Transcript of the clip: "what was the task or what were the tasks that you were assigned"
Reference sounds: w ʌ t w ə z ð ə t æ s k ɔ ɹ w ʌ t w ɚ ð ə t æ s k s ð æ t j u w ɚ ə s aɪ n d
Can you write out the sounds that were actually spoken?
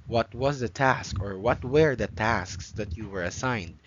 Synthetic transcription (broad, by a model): w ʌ t w ə z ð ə t æ s k ɔ ɹ w ʌ t w ɚ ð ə t æ s k s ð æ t j u w ɚ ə s aɪ n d